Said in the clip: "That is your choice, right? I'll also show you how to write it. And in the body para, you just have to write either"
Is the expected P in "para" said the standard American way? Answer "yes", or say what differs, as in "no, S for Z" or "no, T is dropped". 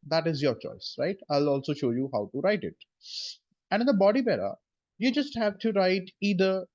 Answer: no, B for P